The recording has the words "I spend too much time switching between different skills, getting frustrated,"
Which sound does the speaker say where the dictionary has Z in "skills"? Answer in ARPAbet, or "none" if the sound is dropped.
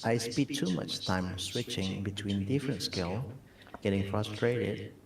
none